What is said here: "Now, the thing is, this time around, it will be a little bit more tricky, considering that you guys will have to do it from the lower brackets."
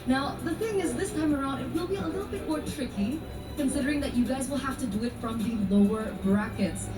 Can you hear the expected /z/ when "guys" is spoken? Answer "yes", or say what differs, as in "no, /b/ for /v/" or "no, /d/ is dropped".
yes